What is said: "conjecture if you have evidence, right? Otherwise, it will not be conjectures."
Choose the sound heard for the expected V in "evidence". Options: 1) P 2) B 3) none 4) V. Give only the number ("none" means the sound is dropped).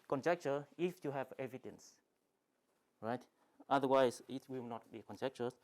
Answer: 4